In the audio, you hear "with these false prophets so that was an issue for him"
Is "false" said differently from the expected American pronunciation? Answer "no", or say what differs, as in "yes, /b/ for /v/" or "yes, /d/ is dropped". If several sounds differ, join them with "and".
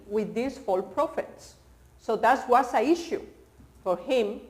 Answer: yes, /s/ is dropped